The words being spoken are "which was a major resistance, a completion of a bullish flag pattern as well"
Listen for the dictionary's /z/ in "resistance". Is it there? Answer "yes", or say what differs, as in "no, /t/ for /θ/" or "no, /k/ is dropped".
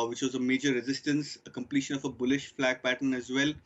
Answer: yes